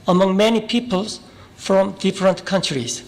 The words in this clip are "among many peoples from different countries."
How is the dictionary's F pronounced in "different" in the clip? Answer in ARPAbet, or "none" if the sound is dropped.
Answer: F